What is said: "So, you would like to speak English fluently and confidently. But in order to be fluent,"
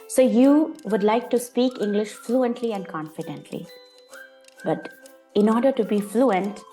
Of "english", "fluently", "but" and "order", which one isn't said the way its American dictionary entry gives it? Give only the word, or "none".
none